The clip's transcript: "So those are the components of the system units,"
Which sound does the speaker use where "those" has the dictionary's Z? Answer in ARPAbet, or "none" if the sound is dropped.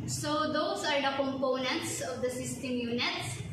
S